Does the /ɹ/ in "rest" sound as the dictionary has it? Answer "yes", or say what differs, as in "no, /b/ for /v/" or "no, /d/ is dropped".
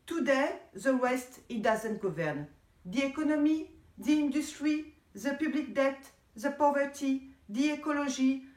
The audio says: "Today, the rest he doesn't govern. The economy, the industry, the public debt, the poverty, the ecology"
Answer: no, /w/ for /ɹ/